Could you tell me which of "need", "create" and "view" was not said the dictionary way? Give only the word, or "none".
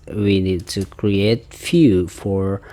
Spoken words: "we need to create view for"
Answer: view